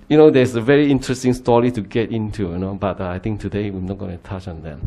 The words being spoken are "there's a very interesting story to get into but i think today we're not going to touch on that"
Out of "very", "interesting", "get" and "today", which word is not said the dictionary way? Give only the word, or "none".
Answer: none